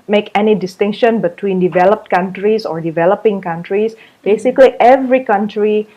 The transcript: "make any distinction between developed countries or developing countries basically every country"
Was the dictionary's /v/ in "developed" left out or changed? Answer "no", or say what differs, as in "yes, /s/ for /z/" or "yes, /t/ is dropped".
no